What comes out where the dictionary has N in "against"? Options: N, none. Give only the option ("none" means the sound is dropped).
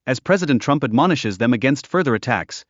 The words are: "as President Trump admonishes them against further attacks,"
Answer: N